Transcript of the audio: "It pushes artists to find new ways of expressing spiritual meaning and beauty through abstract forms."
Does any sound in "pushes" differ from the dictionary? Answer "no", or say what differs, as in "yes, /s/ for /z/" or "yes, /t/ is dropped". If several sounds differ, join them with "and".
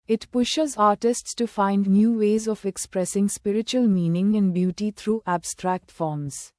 no